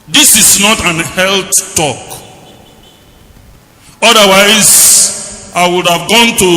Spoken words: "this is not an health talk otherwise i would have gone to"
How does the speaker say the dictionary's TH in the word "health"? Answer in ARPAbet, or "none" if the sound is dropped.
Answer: T